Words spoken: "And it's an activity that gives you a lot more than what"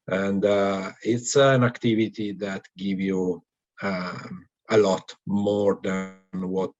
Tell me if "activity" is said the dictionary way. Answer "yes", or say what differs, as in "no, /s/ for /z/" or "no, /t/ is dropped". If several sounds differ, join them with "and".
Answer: yes